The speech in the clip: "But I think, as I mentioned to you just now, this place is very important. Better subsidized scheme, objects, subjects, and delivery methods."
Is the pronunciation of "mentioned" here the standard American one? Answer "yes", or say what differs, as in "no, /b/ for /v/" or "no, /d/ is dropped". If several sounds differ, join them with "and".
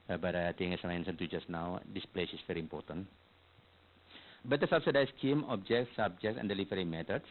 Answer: no, /s/ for /ʃ/